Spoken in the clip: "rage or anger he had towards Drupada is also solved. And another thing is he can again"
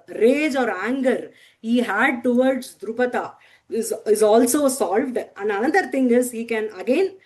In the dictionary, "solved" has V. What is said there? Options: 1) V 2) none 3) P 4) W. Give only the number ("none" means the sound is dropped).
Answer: 1